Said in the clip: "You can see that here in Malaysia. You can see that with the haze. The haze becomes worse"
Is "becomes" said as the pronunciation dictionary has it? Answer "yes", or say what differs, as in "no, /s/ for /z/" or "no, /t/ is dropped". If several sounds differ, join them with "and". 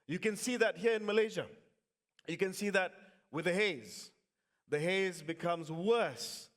yes